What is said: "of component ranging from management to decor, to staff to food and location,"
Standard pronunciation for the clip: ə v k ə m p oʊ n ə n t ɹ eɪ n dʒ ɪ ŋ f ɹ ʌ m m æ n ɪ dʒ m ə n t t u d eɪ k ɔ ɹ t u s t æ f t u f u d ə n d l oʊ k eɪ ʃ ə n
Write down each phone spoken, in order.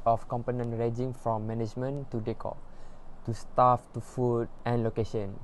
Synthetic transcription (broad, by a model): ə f k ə m p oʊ n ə n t ɹ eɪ dʒ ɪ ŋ f ɹ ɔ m m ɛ n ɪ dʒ m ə n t t u d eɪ k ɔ t u s t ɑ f t u f u d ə n l oʊ k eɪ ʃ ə n